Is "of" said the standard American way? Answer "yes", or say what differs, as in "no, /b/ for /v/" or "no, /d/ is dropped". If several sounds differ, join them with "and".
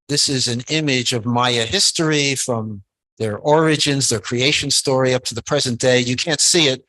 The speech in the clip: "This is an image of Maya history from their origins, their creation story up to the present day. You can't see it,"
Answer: yes